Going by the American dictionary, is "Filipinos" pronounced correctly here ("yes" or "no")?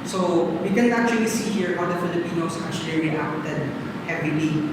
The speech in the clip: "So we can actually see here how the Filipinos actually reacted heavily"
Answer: no